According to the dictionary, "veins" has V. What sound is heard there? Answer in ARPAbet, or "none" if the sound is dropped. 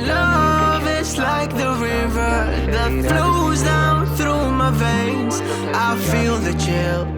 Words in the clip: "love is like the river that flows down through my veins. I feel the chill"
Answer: V